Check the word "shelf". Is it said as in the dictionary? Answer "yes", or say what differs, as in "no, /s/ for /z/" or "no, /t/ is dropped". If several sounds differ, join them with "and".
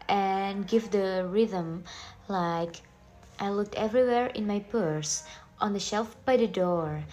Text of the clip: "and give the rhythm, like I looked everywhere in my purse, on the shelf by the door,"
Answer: yes